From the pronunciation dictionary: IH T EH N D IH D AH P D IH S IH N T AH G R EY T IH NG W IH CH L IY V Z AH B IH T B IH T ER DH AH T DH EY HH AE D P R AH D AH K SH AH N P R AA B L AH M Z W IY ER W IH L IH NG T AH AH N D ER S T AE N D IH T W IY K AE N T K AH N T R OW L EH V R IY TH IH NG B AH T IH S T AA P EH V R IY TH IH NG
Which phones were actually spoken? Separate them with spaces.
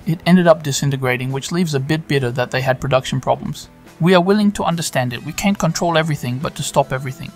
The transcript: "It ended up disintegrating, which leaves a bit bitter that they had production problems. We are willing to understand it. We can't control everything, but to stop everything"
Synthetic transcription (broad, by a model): IH T EH N D IH D AH P D IH S IH N T AH G R EY T IH NG W IH CH L IY V Z AH B IH T B IH T ER DH AH T DH EY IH D P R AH D AH K SH N P R AA B L AH M Z W IY ER W IH L IH NG T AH AH N D ER S T AE N D IH T W IY K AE N K AH N T R OW L EH V R IY TH IH NG B AH T IH S T AA P EH V R IY TH IH NG